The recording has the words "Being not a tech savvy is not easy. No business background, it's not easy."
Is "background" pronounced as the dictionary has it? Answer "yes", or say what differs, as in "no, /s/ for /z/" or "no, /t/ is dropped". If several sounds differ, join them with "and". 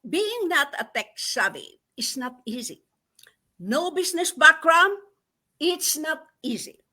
no, /d/ is dropped